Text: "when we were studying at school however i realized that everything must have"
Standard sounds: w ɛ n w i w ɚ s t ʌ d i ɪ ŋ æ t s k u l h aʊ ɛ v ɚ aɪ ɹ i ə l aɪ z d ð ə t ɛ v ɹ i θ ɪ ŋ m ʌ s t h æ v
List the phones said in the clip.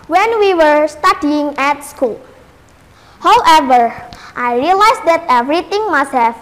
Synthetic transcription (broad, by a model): w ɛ n w i w ɚ s t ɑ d i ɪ ŋ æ t s k u l h aʊ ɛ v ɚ aɪ ɹ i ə l aɪ s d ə t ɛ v ɹ i t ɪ ŋ m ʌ s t h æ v